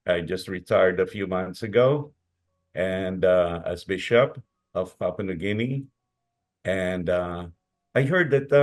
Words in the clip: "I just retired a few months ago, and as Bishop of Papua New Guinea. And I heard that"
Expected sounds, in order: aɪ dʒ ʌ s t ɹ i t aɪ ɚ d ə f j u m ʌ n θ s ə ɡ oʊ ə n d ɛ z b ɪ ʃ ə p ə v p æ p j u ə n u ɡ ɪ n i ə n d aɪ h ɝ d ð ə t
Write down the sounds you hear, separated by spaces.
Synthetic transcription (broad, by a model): aɪ dʒ ʌ s t ɹ i t aɪ ɚ d ə f j u m ʌ n θ s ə ɡ oʊ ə n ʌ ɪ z b ɪ ʃ ə p ə v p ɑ p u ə n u ɡ ɪ n i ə n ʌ aɪ h ɝ d ð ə t